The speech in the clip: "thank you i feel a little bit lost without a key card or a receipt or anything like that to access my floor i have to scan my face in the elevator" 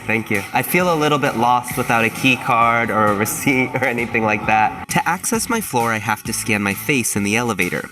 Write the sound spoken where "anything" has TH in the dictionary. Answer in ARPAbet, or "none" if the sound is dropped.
TH